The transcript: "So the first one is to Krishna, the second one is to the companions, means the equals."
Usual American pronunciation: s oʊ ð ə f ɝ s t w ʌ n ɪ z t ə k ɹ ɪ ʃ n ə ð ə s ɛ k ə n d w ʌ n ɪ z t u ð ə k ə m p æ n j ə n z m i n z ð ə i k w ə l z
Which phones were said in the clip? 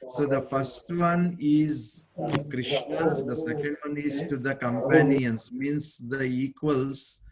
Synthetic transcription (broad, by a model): s oʊ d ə f ɝ s t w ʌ n ɪ z k ɹ ɪ ʃ n ə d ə s ɛ k ə n d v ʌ n ɪ z t u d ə k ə m p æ n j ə n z m i n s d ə i k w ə l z